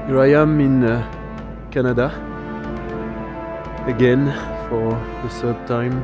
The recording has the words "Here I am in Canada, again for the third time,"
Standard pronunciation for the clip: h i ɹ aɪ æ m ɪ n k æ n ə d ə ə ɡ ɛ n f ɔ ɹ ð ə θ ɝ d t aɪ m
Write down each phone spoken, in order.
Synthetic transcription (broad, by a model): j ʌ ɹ aɪ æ m ɪ n k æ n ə d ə ə ɡ ɛ n f ɔ ɹ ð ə s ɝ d t aɪ m